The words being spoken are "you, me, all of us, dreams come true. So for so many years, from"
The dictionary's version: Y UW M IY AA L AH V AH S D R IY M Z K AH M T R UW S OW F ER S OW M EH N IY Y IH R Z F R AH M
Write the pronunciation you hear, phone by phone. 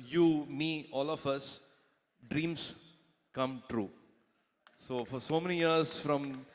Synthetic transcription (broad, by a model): Y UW M IY AA L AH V AH S D R IY M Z K AH M T R UW S OW F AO S OW M EH N IY Y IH R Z F R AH M